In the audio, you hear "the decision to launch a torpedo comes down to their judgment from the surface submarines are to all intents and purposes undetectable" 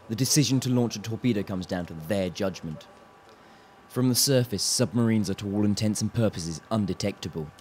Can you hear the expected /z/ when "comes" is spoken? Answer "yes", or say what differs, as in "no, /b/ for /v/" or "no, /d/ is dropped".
yes